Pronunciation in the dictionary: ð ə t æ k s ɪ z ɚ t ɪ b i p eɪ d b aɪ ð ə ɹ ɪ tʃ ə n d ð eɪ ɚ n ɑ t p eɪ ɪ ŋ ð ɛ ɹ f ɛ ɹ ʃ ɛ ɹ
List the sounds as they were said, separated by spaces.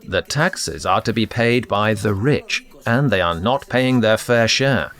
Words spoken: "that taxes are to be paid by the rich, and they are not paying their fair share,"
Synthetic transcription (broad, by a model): ð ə t æ k s ɪ z ɚ t ɪ b i p eɪ d b aɪ ð ə ɹ ɪ tʃ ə n ð eɪ ɚ n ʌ t p eɪ ɪ ŋ ð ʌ ɹ f ɛ ɹ ʃ ɛ ɹ